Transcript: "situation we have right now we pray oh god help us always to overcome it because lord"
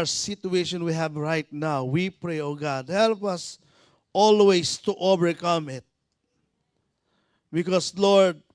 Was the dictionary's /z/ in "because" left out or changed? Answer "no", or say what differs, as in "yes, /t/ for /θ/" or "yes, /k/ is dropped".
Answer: yes, /s/ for /z/